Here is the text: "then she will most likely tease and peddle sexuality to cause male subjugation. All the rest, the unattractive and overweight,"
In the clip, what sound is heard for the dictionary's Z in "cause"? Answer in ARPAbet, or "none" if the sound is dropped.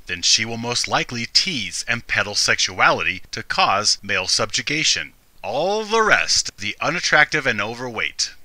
Z